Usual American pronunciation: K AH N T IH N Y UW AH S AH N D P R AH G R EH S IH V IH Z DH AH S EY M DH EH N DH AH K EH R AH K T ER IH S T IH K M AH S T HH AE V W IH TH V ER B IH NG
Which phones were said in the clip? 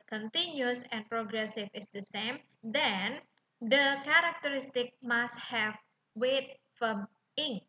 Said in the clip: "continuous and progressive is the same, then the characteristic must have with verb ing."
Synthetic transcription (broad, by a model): K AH N T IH N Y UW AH S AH N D P R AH G R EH S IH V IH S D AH S EY M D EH N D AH K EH R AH K T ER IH S T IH K M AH S T HH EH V W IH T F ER IH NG